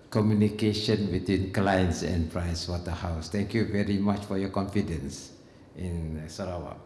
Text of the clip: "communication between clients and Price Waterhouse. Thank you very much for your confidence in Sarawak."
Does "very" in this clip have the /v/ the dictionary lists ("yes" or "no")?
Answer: yes